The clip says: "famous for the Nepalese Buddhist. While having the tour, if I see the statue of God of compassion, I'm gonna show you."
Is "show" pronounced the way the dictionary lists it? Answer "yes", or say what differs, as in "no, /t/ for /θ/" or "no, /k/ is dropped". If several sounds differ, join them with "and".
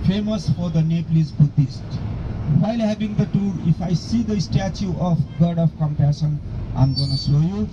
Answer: no, /s/ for /ʃ/